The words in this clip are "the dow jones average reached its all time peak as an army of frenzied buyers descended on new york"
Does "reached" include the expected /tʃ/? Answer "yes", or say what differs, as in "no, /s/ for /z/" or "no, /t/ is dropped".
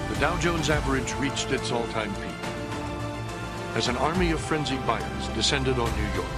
yes